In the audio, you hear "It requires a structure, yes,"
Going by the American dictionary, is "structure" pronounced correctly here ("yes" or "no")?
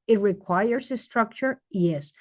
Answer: yes